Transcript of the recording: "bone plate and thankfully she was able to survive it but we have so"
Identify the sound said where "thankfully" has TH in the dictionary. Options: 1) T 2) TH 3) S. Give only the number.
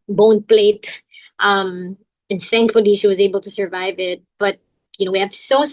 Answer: 2